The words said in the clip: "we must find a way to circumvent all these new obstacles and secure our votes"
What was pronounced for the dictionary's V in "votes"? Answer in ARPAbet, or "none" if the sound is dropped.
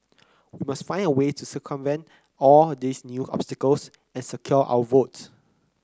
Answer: V